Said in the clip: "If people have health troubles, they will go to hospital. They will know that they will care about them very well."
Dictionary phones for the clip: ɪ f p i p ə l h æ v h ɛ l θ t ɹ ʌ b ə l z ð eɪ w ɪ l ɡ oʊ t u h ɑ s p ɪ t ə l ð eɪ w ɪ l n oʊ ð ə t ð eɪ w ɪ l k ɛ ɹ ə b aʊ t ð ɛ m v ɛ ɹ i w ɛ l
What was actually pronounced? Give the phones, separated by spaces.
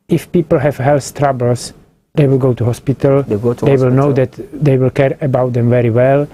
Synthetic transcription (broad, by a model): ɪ f p i p ə l h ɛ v h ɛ l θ t ɹ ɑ b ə l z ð eɪ w ɪ l ɡ oʊ t u h ɑ s p ɪ t ə l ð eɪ w ɪ l n oʊ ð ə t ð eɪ w ɪ l k ɛ ɹ ə b aʊ t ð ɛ m v ɛ ɹ i w ɛ l